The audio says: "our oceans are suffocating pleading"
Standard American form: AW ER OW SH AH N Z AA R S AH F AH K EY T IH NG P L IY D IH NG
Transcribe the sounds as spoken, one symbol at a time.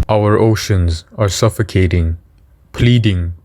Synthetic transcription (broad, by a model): AW ER OW SH AH N Z AA R S AH F AH K EY T IH NG P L IY D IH NG